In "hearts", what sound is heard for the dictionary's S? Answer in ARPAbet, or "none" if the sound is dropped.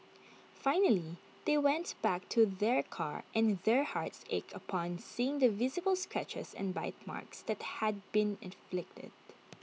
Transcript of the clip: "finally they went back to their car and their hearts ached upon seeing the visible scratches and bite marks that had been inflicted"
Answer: S